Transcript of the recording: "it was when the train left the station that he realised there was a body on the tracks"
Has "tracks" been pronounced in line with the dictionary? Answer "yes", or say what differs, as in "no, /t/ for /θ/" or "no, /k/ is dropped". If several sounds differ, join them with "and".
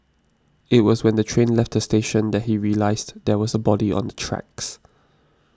yes